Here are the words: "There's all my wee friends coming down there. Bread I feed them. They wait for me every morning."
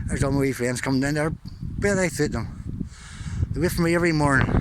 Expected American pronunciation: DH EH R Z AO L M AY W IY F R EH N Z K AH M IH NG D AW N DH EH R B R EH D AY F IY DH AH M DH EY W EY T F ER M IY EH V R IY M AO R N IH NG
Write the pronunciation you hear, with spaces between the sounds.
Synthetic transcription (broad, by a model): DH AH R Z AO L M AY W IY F EH N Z K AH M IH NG D AW N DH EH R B EH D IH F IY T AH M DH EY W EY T F ER M IY EH V R IY M AO R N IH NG